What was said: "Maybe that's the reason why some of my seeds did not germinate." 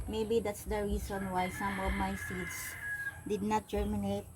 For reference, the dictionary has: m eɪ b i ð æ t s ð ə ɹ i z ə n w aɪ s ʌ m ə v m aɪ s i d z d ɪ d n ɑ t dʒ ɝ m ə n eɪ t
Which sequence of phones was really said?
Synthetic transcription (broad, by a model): m eɪ b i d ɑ t s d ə ɹ i s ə n w aɪ s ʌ m ə v m aɪ s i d s d ɪ d n ɑ t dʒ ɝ m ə n eɪ t